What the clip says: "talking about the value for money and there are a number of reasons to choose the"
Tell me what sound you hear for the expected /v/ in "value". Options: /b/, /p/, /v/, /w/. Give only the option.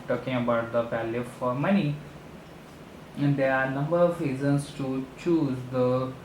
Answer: /p/